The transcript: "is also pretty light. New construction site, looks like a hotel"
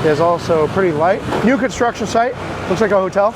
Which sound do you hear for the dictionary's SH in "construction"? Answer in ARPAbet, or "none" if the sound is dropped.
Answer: SH